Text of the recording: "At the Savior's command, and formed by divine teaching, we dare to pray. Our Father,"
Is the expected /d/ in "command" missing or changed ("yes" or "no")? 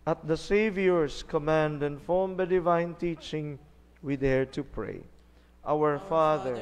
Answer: no